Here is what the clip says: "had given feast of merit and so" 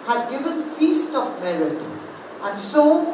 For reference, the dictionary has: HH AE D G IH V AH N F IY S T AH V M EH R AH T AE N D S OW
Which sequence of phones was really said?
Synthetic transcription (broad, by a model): HH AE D G IH V AH N F IY S T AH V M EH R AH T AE N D S OW